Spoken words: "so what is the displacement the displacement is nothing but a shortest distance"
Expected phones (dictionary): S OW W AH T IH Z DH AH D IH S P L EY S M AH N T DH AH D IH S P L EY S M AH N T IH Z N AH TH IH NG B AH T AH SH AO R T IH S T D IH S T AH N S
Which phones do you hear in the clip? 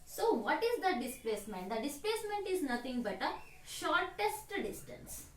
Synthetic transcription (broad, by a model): S OW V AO T IH Z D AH D IH S P L EY S M AH N T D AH D IH S P L EY S M AH N T IH Z N AH T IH NG B AH T AH SH AO R T IH S T D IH S T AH N S